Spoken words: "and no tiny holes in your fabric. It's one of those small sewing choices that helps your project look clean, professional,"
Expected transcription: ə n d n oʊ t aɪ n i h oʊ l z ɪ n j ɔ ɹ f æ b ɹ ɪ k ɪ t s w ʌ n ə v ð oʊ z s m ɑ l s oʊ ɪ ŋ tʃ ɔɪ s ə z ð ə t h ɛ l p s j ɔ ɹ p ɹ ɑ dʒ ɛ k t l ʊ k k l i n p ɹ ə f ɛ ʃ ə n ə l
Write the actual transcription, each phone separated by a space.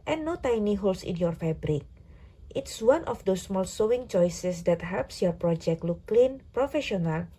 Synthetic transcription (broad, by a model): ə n n oʊ t aɪ n i h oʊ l s ɪ n j ɔ ɹ f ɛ b ɹ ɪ k ɪ t s w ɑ n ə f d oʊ s m ɑ l s oʊ ɪ ŋ tʃ ɔɪ s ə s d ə t h ɛ l p s j ɔ ɹ p ɹ ɑ dʒ ɛ k t l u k k l i n p ɹ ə f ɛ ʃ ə n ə l